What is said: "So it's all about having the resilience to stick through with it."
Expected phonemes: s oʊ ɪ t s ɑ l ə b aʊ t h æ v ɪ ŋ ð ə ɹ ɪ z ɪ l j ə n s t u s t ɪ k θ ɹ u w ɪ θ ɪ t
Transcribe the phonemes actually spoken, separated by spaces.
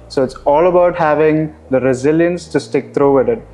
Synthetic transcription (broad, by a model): s oʊ ɪ t s ɑ l ə b aʊ t h æ v ɪ ŋ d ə ɹ ɪ z ɪ l j ə n s t u s t ɪ k t ɹ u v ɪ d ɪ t